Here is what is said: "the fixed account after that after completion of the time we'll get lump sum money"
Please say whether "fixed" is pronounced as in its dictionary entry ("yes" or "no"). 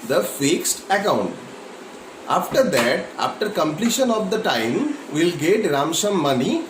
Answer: yes